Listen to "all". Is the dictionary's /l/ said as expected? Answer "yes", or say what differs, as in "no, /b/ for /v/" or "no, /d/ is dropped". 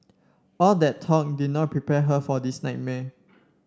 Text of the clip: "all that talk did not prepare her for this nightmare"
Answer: yes